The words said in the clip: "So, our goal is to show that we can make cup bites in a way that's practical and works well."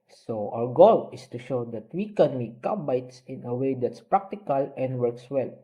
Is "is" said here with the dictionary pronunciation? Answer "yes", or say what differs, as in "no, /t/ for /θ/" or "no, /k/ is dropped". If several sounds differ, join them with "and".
no, /s/ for /z/